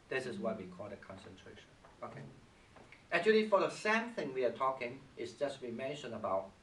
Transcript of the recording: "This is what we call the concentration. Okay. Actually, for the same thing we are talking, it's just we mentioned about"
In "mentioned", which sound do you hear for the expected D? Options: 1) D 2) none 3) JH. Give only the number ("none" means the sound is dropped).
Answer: 2